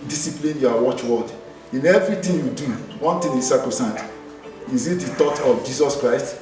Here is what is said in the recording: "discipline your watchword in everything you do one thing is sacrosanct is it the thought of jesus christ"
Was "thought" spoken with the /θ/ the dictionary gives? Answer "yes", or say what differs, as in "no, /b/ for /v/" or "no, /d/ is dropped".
no, /t/ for /θ/